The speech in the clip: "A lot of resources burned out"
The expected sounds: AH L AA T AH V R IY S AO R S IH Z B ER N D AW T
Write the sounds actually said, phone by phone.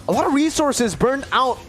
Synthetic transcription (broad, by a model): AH L AA T AH V R IY S AO R S IH Z B ER N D AW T